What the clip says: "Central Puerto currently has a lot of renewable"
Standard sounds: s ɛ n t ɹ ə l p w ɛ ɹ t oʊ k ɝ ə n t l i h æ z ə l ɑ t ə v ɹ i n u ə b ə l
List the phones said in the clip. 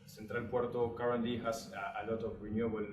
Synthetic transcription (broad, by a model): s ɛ n t ɹ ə l p w ɛ ɹ t oʊ k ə t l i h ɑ s ə l ɑ t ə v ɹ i n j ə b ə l